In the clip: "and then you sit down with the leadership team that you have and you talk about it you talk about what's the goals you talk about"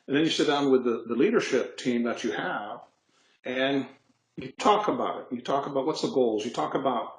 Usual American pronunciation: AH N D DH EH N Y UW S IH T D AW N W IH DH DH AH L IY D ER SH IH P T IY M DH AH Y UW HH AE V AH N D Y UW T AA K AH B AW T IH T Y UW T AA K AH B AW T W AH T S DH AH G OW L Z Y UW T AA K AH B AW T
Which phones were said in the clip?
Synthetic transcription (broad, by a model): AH N DH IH N Y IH S IH T D AW N W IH DH DH AH L IY D ER SH IH P T IY M DH AH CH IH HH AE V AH N Y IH T AA K AH B AW T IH T Y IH T AA K AH B AW T W AH T S DH AH G OW L Z Y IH T AA K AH B AW T